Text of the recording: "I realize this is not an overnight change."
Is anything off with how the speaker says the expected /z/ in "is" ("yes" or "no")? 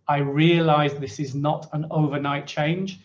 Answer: no